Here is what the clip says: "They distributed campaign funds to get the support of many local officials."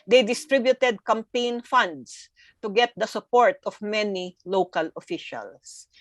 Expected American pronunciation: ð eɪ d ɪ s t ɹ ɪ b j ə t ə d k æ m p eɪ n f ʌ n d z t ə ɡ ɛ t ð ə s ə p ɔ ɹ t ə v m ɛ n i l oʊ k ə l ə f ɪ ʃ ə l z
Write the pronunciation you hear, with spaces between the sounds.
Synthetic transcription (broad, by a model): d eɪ d ɪ s t ɹ ɪ b j ə t ə d k æ m p eɪ n f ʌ n d s t ə ɡ ɛ t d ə s ə p ɔ ɹ t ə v m ɛ n i l oʊ k ə l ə f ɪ ʃ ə l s